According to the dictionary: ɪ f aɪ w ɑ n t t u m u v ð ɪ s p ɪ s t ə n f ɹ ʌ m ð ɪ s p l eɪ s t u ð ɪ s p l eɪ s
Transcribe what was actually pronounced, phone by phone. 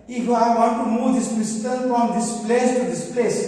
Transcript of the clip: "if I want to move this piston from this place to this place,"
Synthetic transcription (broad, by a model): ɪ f aɪ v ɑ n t t u m u v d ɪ s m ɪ s t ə l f ɹ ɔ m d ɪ s p l eɪ s t u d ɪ s p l eɪ s